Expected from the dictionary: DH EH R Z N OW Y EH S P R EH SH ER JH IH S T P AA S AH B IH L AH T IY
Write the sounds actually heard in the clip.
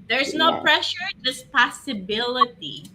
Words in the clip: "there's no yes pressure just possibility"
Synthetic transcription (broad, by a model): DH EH R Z N OW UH P R EH SH ER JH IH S P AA S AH B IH L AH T IY